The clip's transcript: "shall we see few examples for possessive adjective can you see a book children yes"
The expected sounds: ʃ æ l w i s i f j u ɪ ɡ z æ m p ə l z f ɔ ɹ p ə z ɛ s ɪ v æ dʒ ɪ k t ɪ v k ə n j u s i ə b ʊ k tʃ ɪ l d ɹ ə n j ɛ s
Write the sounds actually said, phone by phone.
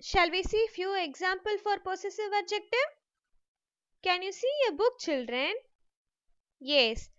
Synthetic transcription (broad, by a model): ʃ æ l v i s i f j u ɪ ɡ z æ m p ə l f ɔ ɹ p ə s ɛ s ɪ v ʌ dʒ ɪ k t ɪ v k ə n j u s i ə b ʊ k tʃ ɪ l d ɹ ə n j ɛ s